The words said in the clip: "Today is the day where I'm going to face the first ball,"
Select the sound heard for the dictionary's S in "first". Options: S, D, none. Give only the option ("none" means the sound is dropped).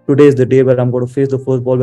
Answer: none